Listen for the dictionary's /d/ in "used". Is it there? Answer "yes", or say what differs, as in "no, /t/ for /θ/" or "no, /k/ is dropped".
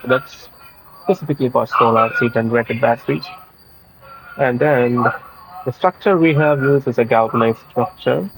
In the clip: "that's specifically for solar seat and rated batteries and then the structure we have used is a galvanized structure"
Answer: no, /d/ is dropped